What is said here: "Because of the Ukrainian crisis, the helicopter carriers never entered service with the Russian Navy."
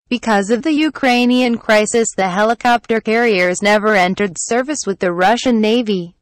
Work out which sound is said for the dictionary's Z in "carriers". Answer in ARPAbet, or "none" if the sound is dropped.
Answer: Z